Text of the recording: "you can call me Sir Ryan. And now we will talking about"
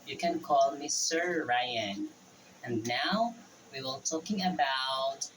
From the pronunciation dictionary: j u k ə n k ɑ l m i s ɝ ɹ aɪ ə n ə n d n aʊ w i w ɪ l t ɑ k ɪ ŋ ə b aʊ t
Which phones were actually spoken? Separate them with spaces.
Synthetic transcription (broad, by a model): j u k ə n k ɑ l m i s ɝ ɹ aɪ ə n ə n n aʊ w i w ɪ l t ɑ k ɪ ŋ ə b aʊ t